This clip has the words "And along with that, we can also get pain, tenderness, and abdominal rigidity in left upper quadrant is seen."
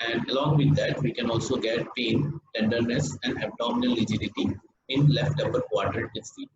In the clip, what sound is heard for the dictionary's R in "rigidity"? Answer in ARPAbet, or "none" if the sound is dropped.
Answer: L